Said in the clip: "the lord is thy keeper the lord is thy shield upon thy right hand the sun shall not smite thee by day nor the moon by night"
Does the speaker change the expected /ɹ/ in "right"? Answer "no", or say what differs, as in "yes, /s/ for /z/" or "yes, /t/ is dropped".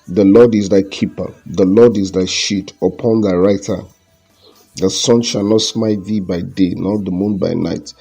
no